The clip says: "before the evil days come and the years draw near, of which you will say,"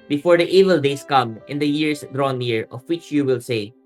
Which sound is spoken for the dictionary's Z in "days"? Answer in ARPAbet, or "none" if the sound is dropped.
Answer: S